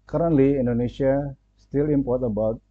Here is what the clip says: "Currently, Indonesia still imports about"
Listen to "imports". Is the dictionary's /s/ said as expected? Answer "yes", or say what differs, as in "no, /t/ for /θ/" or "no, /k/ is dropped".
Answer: no, /s/ is dropped